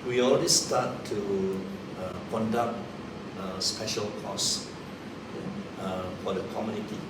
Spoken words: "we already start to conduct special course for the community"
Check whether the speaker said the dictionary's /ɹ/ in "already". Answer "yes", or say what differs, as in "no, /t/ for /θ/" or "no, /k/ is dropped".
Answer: no, /l/ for /ɹ/